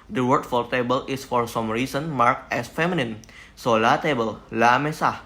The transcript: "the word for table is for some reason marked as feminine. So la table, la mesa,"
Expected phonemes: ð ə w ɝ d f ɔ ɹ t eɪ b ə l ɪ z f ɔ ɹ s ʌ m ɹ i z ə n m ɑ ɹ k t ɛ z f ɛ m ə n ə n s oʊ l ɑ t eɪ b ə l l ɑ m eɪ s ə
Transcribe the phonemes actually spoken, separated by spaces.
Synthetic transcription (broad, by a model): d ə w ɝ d f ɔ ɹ t eɪ b ə l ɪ s f ɔ ɹ s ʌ m ɹ i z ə n m ɑ ɹ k ɛ s f ɛ m ə n ə n s oʊ l ɑ t eɪ b ə l l ɑ m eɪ s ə